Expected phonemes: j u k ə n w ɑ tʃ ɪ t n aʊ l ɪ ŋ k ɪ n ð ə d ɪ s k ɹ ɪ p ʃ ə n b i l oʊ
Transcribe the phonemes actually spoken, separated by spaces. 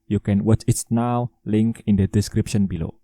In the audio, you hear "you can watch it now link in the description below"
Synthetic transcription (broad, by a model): j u k ə n w ɑ tʃ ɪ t n aʊ l ɪ ŋ k ɪ n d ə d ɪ s k ɹ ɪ p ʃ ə n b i l oʊ